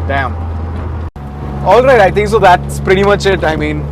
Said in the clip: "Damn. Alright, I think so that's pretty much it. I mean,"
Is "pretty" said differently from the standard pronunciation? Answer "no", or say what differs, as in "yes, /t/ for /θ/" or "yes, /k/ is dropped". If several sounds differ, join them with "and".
no